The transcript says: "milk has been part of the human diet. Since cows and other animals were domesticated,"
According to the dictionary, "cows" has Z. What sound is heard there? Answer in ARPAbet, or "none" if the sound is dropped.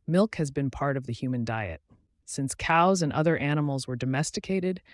Z